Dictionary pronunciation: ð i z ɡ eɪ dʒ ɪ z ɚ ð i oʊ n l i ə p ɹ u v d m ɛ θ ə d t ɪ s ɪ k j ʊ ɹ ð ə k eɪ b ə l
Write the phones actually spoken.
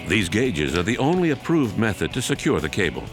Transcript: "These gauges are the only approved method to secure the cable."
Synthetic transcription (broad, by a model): ð i z ɡ eɪ dʒ ɪ z ɚ ð i oʊ n l i ə p ɹ u v d m ɛ θ ə d t ɪ s ɪ k j ʊ ɹ ð ə k eɪ b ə l